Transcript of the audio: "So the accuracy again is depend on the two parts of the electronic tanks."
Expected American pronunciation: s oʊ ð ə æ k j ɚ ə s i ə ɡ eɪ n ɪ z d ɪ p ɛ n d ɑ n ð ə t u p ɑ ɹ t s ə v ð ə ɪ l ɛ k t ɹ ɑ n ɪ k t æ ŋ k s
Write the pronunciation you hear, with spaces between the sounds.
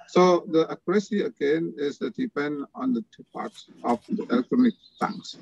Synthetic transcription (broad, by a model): s oʊ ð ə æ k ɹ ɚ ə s i ə ɡ eɪ n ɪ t d ɪ p ɛ n d ɑ n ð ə t u p ɑ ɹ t s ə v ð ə ɪ l ɛ k t ɹ ɑ n ɪ k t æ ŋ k s